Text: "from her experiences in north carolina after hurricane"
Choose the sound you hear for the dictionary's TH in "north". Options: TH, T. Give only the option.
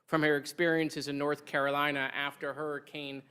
TH